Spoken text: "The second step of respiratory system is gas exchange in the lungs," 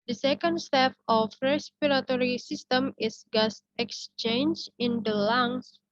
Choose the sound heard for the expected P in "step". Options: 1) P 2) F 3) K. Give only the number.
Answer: 2